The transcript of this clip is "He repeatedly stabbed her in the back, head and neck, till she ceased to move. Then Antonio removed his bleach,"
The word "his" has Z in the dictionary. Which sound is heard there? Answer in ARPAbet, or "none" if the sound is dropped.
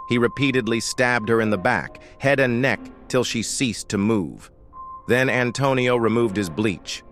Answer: Z